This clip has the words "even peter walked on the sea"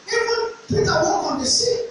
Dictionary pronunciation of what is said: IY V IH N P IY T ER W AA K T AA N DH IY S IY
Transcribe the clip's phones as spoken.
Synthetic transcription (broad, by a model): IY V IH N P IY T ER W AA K AA N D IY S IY